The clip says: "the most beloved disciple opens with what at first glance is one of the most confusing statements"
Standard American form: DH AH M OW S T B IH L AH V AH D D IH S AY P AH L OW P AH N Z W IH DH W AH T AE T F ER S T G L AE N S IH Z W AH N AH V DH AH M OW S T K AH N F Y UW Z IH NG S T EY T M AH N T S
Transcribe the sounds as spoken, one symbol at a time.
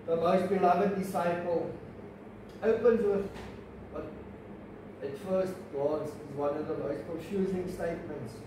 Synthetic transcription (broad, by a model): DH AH M OW S T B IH L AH V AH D D IH S AY P AH L OW P AH N Z W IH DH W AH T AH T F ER S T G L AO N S IH Z W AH N AH V DH AH M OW S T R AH F Y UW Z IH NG S T EY T M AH N T S